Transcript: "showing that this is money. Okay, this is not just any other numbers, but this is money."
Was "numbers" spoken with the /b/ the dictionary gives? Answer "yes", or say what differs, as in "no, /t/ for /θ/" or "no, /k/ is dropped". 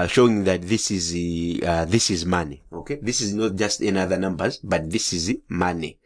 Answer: yes